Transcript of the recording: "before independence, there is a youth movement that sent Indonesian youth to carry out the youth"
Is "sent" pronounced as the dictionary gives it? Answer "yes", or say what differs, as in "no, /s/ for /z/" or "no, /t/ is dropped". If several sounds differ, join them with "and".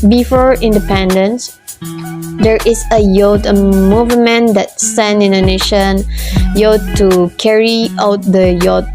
no, /t/ is dropped